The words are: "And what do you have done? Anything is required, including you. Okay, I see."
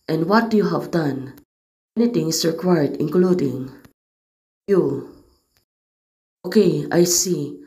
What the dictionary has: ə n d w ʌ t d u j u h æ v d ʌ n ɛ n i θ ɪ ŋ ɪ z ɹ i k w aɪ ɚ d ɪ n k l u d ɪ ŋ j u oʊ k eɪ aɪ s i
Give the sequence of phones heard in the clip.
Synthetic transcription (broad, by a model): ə n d w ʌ t d u j u h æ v d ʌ n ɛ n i t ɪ ŋ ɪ s ɹ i k w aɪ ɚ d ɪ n k l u d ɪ ŋ j u oʊ k eɪ aɪ s i